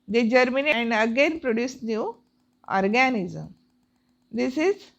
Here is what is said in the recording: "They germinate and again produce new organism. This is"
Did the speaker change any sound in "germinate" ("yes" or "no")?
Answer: yes